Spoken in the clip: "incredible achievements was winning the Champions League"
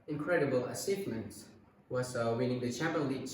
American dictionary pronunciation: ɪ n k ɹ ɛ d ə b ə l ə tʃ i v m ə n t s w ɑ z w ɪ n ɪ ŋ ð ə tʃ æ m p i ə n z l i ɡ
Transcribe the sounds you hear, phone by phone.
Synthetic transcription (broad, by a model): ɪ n k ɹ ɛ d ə b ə l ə s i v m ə n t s w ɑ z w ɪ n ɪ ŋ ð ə tʃ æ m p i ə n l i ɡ